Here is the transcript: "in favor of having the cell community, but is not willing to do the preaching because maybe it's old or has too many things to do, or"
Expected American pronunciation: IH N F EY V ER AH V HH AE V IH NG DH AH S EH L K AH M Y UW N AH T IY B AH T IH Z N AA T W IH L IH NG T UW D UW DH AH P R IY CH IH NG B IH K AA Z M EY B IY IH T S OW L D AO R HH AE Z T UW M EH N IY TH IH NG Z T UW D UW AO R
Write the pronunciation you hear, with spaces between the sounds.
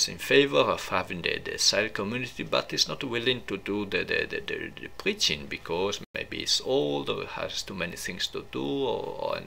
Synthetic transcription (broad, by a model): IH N F EY V ER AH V HH AE V IH NG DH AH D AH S K AH M Y UW N AH T IY B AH T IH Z N AA T W IH L IH NG T UW D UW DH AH P R IY CH IH NG B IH K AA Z M EY B IY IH T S OW L D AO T HH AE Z T UW M EH N IY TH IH NG S T UW D UW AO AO